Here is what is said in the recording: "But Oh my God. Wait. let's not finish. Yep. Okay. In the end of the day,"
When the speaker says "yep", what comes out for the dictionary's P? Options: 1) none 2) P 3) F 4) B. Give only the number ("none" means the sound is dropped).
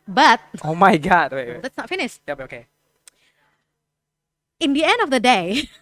4